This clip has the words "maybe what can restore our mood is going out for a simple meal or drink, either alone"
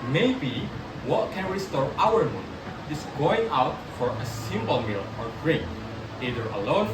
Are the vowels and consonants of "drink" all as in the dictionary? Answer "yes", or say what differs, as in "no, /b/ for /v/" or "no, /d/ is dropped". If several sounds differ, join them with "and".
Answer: no, /ŋ/ is dropped